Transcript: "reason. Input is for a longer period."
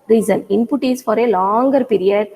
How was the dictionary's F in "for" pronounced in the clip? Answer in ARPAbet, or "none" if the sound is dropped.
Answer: F